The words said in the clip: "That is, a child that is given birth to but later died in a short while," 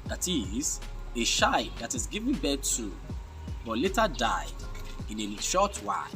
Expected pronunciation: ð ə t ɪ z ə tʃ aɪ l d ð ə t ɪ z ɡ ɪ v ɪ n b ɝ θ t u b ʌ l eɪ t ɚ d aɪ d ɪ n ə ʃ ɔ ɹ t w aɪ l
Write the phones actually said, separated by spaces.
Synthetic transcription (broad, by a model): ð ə t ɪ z ə ʃ aɪ d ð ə t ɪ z ɡ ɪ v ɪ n b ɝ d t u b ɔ l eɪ t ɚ d aɪ ɪ n ə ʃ ɔ t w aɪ